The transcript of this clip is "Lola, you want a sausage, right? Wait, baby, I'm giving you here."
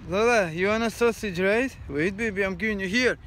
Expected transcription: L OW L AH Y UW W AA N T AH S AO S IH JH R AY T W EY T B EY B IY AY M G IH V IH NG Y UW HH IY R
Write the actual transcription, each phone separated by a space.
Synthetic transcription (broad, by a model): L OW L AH Y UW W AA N AH S AO S IH JH R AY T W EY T B EY B IY AY M G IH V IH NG Y UW HH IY R